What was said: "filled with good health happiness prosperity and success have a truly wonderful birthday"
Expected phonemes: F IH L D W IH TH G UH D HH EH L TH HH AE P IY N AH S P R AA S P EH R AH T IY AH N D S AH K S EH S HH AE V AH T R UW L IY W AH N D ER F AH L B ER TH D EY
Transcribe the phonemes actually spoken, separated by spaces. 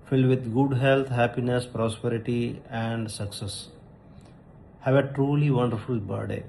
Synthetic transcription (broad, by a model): F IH L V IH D G UH D HH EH L T HH AE P IY N AH S P R AA S P EH R AH T IY AH N D S AH K S EH S HH AE V AH T R UW L IY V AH N D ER F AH L B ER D D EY